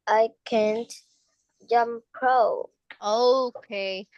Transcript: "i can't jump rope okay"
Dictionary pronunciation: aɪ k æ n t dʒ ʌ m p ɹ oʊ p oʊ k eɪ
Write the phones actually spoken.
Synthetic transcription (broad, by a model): aɪ k æ n t dʒ ʌ m p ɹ oʊ oʊ k eɪ